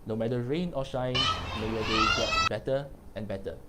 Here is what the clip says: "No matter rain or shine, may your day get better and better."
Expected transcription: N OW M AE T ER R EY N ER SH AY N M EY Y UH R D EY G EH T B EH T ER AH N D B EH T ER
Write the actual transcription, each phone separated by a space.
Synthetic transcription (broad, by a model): N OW M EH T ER R EY N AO SH AY N M EY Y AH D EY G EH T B EH T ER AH N B EH T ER